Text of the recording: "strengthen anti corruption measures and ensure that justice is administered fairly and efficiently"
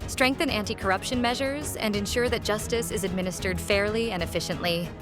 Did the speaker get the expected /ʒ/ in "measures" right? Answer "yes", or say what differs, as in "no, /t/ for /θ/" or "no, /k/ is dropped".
yes